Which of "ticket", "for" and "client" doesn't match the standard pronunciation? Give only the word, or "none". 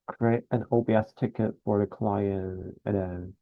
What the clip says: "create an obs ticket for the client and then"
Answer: client